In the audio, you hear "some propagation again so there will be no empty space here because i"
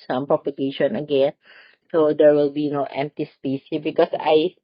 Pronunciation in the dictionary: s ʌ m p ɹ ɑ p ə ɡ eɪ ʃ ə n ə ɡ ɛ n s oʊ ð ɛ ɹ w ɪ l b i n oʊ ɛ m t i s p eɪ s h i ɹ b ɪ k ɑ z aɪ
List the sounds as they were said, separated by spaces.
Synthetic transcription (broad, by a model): s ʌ m p ɑ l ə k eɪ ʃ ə n ə ɡ ɛ n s oʊ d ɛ ɹ w ɪ l b i n oʊ ɛ m t i s p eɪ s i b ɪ k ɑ s aɪ